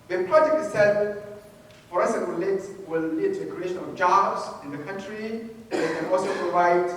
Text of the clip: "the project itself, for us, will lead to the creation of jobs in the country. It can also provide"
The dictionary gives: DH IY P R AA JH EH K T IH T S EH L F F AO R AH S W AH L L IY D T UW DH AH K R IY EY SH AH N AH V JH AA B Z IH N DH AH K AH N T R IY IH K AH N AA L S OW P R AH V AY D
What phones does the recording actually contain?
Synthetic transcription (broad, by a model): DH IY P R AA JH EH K IH S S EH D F F AO R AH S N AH L L IY D T UW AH K R IY EY SH AH N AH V JH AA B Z IH N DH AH K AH N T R IY IH K AH N AA L S OW P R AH V AY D